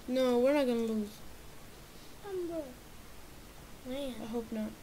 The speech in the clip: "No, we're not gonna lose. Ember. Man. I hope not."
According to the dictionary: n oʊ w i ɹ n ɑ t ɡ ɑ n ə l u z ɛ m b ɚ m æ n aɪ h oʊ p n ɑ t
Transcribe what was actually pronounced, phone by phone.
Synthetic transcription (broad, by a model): n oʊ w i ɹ n ɑ t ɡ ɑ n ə l u z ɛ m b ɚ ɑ aɪ h oʊ p n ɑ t